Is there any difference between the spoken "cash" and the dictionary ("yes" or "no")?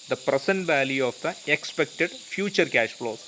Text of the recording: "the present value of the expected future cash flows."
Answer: no